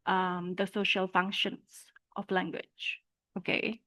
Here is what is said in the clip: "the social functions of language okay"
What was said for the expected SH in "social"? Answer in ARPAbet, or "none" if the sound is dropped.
SH